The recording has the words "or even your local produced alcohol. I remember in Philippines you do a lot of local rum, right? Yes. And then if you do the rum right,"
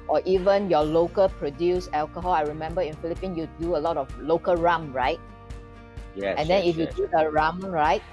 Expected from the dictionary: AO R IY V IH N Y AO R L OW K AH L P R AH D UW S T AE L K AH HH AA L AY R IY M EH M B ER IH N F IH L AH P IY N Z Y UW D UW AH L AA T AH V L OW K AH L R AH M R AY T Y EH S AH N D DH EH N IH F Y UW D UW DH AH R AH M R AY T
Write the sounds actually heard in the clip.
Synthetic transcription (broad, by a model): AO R IY V IH N Y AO L OW K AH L P R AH D UW S EH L K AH HH AA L AY R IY M EH M B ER IH N F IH L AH P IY N Y UW D UW AH L AA T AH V L OW K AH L R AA M R AY T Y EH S AH N D EH N IH F Y UW D UW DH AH R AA M R AY T